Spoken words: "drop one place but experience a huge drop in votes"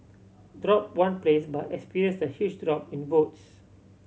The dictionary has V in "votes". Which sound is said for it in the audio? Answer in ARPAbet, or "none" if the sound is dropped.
B